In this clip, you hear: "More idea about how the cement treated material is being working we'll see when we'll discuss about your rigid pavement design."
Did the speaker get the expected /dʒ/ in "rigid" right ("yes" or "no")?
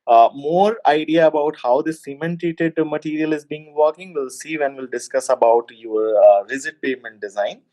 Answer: no